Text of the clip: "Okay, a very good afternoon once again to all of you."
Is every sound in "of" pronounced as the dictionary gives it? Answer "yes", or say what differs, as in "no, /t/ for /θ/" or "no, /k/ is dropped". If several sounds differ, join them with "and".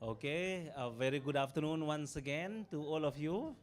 no, /f/ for /v/